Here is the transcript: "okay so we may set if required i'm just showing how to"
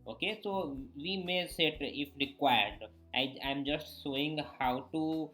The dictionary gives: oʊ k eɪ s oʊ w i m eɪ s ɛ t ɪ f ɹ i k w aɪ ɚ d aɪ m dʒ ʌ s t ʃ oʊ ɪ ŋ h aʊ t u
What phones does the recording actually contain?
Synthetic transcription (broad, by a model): oʊ k eɪ s oʊ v i m eɪ s ɛ t ɪ f ɹ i k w aɪ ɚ d aɪ m dʒ ʌ s t s oʊ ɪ ŋ h aʊ t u